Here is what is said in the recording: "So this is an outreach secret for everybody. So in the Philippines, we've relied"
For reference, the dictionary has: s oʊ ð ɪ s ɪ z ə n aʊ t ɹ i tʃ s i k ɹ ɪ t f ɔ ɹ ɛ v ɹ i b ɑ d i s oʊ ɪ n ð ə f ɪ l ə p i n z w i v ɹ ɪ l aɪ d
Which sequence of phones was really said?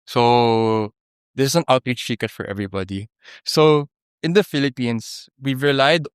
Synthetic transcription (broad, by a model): s oʊ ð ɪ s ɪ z ə n aʊ t ɹ i tʃ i k ɪ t f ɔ ɹ ɛ v ɹ i b ɑ d i s oʊ ɪ n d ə f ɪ l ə p i n s w i v ɹ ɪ l aɪ d